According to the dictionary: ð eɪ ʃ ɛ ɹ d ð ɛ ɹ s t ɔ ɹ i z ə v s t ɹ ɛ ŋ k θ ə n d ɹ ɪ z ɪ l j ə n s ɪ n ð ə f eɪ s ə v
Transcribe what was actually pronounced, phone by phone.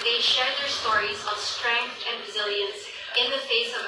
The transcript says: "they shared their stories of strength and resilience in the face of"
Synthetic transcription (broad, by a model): ð eɪ ʃ ɛ ɹ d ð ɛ ɹ s t ɔ ɹ i z ə v s t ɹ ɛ ŋ k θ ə n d ɹ ɪ z ɪ l j ə n s ɪ n ð ə f eɪ s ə v